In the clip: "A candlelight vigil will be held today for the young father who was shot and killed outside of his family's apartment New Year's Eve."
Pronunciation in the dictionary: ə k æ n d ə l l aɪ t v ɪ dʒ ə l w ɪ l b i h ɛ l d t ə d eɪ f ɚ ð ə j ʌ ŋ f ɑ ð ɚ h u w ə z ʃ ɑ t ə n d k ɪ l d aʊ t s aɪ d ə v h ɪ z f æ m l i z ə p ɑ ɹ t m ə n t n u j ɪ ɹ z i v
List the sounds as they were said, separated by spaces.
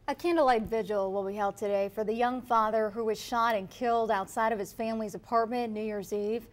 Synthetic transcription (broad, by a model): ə k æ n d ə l l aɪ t v ɪ dʒ ə l w ɪ l b i h ɛ l d t ə d eɪ f ɚ ð ə j ʌ ŋ f ɑ ð ɚ h u w ə z ʃ ɑ t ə n k ɪ l d aʊ t s aɪ d ə v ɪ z f æ m l i z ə p ɑ ɹ t m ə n n u j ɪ ɹ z i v